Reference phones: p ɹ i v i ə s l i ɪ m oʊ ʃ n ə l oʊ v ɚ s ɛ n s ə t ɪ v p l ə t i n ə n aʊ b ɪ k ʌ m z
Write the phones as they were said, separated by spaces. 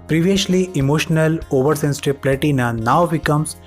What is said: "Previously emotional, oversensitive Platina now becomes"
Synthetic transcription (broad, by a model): p ɹ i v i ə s l i ɪ m oʊ ʃ n ə l oʊ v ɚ s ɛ n s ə t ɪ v p l ə t i n ə n aʊ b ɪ k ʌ m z